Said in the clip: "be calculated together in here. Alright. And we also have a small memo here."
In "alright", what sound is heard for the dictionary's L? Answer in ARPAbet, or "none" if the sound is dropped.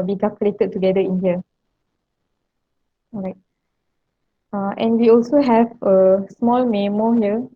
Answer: none